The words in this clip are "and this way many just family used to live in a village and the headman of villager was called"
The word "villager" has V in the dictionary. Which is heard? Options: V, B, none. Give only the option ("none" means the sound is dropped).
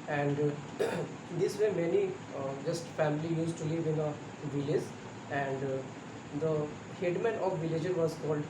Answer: V